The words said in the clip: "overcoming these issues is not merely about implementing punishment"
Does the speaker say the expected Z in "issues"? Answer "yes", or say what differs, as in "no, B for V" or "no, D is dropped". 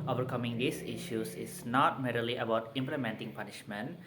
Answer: no, S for Z